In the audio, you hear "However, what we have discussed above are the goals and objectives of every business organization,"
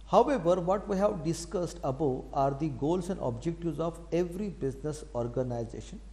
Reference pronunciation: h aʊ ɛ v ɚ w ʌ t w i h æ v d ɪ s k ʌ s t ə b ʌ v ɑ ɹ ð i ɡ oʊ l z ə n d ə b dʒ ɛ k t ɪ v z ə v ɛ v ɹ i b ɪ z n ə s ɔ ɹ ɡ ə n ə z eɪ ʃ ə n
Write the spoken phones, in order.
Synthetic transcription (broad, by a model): h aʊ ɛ v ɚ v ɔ t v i h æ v d ɪ s k ʌ s t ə b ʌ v ɑ ɹ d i ɡ oʊ l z ə n d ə b dʒ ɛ k t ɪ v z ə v ɛ v ɹ i b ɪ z n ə s ɔ ɹ ɡ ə n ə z eɪ ʃ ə n